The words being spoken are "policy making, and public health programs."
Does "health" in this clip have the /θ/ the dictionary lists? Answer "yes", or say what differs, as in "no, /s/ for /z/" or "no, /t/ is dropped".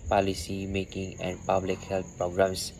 no, /t/ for /θ/